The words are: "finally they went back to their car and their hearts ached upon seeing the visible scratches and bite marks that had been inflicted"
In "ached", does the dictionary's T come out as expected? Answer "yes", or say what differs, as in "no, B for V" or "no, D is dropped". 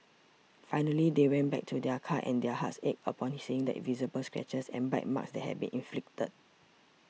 no, T is dropped